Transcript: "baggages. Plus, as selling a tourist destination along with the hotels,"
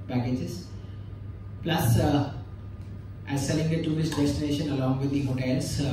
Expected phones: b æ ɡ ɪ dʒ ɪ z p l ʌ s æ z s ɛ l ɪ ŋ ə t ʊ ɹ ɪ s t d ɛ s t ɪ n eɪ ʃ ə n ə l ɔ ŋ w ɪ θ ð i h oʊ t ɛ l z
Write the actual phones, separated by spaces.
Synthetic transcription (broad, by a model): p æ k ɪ dʒ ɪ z p l ʌ s æ z s ɛ l ɪ ŋ ə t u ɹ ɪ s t d ɛ s t ɪ n eɪ ʃ ə n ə l ɔ ŋ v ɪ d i h oʊ t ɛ l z